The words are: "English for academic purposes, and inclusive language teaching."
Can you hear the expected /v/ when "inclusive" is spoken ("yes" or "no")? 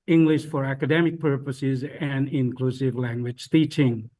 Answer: yes